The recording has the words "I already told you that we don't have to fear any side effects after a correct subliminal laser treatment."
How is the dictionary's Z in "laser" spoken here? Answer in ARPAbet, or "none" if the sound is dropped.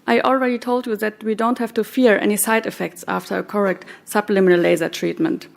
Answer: Z